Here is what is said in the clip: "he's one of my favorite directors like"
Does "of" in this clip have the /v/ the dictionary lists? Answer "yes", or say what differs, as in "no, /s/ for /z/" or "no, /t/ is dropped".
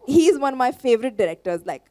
yes